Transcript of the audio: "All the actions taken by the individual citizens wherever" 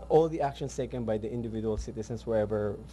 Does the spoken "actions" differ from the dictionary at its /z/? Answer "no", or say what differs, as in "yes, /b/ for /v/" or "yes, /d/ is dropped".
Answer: yes, /s/ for /z/